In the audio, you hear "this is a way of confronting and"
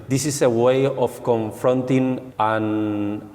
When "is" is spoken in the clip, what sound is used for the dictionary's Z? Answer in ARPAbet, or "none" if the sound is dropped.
S